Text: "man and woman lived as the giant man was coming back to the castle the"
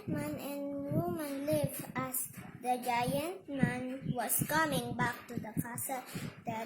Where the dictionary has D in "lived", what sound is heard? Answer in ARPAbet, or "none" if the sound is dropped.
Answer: none